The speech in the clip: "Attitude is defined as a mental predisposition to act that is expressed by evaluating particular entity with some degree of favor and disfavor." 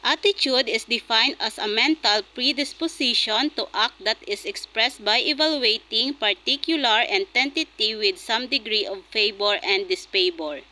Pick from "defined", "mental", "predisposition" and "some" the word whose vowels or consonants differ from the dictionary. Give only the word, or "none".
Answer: predisposition